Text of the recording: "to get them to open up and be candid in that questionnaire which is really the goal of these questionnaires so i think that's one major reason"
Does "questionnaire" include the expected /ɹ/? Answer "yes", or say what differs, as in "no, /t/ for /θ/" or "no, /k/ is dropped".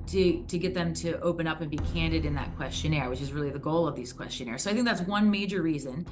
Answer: yes